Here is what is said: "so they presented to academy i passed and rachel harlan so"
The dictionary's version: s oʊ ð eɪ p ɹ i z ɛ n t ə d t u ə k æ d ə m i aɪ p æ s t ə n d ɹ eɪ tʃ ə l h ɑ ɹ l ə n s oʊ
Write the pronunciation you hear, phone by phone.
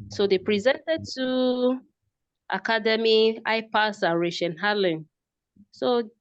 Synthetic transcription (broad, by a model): s oʊ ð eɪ p ɹ i z ɛ n t ə d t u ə k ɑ d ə m i aɪ p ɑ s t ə ɹ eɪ ʃ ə n h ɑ l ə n s oʊ